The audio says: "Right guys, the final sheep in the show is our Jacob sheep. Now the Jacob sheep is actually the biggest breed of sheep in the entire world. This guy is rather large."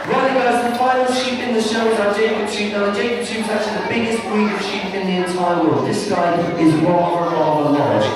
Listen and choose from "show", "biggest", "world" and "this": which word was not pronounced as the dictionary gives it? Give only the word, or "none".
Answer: world